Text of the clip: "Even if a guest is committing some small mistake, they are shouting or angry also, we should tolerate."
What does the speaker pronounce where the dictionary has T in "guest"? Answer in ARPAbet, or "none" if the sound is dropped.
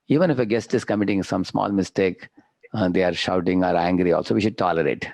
T